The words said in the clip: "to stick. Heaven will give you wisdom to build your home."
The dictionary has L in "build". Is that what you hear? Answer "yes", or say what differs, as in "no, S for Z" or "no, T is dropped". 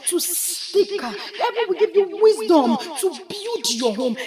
no, L is dropped